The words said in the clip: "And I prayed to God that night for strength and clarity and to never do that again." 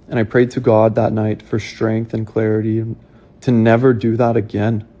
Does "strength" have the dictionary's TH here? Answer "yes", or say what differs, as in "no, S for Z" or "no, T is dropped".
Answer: yes